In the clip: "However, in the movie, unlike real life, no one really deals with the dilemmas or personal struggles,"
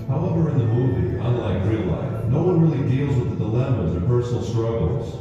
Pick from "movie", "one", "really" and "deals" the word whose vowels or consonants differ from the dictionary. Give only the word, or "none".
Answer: none